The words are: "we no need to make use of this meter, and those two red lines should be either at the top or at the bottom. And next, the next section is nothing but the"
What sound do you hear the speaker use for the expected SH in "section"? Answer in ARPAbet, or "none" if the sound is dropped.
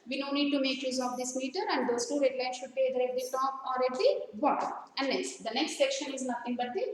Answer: SH